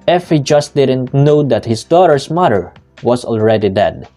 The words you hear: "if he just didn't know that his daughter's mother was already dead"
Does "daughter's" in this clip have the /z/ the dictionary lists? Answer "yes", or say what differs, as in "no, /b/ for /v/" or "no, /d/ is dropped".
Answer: no, /s/ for /z/